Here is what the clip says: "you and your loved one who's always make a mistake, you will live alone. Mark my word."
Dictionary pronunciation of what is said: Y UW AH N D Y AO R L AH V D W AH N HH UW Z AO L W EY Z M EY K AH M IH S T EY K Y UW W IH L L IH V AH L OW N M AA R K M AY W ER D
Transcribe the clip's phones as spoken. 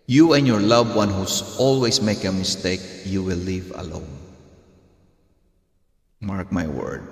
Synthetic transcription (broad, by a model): Y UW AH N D Y AO R L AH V W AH N HH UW S AO L W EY S M EY K AH M IH S T EY K Y UW W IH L L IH V AH L OW N M AA R K M AY W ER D